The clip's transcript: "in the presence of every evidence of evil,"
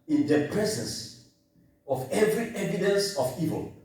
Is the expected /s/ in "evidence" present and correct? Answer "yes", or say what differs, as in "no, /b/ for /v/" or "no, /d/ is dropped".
yes